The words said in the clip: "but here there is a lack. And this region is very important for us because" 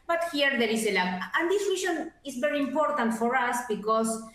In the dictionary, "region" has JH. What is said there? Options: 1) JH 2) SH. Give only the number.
2